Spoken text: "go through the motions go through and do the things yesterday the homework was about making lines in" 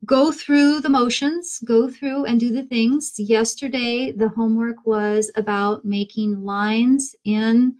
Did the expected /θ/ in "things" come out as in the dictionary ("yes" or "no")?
yes